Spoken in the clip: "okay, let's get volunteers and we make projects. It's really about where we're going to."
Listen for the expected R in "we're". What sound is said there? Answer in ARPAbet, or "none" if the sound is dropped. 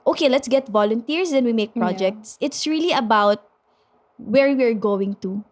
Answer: R